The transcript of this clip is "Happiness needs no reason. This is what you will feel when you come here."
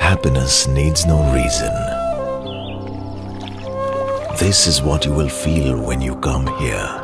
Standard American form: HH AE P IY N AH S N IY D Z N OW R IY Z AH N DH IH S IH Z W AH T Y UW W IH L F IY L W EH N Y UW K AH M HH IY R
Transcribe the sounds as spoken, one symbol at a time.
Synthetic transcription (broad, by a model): HH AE P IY N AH S N IY D Z N OW R IY Z AH N DH IH S IH Z W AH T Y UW W IH L F IY L W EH N Y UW K AH M HH IY R